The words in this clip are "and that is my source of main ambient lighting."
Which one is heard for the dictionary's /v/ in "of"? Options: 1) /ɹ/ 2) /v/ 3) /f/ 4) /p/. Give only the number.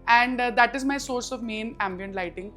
2